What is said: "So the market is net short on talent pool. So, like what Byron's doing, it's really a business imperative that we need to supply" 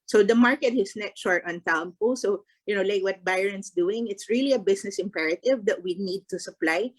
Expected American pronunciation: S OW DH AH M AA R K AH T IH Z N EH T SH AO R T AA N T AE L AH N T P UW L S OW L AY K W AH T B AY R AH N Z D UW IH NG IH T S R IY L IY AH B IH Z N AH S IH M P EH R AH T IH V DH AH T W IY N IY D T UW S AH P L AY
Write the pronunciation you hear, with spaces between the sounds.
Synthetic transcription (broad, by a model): S OW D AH M AA R K AH T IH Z N EH T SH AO R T AA N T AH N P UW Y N OW L AY K W AH T B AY R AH N S D UW IH NG IH T S R IY L IY AH B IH S N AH S IH M P EH R AH T IH V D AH T W IY N IY D T UW S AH P L AY